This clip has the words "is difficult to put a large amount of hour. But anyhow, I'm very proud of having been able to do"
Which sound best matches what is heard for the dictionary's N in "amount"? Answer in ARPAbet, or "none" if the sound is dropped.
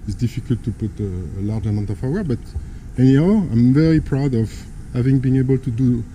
none